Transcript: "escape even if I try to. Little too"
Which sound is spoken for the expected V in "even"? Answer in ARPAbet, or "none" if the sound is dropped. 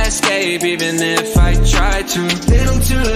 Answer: none